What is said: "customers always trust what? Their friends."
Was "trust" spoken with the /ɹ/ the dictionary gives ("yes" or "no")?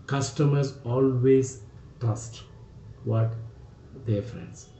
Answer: no